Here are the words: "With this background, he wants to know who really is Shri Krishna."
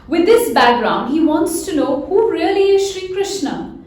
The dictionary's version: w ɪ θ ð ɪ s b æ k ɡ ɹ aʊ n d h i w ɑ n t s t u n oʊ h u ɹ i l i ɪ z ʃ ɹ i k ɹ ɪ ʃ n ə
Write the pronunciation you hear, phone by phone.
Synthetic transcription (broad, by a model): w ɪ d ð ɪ s b æ k ɡ ɹ aʊ n d h i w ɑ n t s t u n oʊ h u ɹ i l i ɪ z ʃ ɹ i k ɹ ɪ ʃ n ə